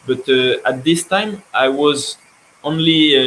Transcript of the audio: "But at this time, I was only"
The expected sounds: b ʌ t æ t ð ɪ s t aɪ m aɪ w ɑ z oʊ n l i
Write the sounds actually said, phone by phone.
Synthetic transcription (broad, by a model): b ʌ t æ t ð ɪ s t aɪ m aɪ w ɑ z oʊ n l i